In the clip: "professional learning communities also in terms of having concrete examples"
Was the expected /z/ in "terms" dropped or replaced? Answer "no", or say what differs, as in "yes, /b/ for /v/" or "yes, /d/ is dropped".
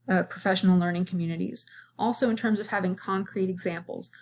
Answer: no